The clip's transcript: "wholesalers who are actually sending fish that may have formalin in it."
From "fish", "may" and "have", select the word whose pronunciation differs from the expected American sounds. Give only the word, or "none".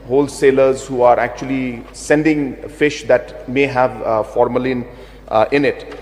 none